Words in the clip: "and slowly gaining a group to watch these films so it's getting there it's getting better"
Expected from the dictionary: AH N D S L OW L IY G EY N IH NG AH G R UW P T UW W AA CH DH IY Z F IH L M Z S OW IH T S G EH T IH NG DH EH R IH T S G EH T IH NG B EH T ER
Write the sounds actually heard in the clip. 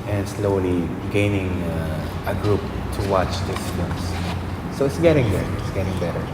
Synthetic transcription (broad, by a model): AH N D S L OW L IY G EY N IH NG AH G R UW P T UW W AA CH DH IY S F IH M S S OW IH T S G EH T IH NG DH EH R IH T S G EH T IH NG B EH T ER